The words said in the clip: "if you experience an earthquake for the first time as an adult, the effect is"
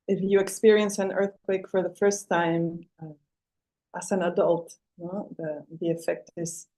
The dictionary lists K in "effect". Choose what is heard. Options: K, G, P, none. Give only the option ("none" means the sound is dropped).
K